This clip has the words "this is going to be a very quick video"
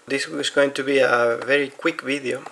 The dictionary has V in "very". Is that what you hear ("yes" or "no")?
yes